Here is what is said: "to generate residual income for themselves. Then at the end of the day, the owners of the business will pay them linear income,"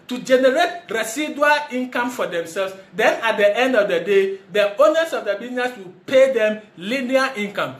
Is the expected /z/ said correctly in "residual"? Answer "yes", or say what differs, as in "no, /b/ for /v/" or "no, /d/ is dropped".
no, /s/ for /z/